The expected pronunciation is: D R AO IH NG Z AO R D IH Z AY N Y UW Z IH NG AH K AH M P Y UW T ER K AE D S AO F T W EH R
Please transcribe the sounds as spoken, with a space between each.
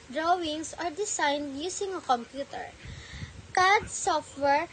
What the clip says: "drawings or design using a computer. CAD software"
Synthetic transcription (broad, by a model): D R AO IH NG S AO R D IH S AY N Y UW S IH NG AH K AH M P Y UW T ER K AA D S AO F T W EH R